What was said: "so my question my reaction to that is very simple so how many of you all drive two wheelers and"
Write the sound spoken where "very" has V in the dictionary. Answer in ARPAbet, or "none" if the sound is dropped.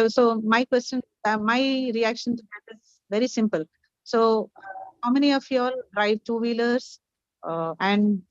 V